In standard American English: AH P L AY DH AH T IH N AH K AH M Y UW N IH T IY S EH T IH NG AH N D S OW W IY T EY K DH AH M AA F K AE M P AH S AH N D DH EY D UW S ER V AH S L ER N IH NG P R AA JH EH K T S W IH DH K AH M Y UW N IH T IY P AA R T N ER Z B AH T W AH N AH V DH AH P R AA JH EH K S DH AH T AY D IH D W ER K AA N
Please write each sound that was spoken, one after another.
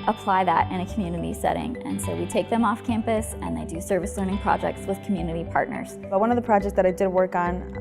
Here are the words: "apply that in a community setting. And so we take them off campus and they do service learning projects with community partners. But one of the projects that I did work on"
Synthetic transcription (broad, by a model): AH P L AY DH AH T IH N AH K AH M Y UW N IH T IY S EH T IH NG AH N S OW W IY T EY K DH AH M AA F K AE M P AH S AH N DH EY D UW S ER V AH S L ER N IH NG P R AA JH EH K T S W IH DH K M Y UW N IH T IY P AA R T N ER Z B AH T W AH N AH V DH AH P R AA JH EH K S DH AH T AY D IH D W ER K N